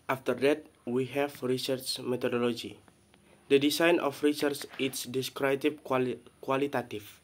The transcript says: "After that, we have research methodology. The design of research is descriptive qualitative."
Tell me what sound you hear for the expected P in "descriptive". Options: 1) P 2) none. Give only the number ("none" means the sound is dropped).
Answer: 2